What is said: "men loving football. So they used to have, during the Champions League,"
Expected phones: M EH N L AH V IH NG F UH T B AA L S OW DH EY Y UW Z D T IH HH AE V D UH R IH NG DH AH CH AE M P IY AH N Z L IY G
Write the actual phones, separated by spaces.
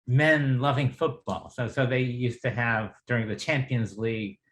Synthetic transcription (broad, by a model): M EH N L AH V IH NG F UH T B AA L S OW DH EY Y UW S T IH V D UH R IH NG DH AH CH AE M P IY AH N Z L IY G